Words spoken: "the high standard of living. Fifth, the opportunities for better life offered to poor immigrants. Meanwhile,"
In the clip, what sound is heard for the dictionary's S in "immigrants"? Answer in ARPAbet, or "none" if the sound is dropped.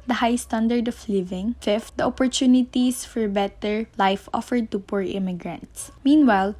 S